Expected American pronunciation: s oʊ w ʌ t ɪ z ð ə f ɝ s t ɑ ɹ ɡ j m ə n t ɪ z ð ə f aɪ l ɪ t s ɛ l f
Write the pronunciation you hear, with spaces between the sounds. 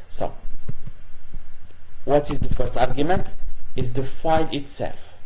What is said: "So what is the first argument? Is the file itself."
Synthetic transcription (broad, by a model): s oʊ w ʌ t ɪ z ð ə f ɝ s t ɑ ɹ ɡ j m ə n t ɪ z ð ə f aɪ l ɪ t s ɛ l f